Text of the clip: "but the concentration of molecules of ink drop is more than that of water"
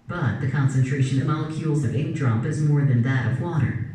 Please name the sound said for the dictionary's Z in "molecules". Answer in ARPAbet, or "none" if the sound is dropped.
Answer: Z